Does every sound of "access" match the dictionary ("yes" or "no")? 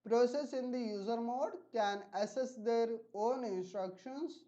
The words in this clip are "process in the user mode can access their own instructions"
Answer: no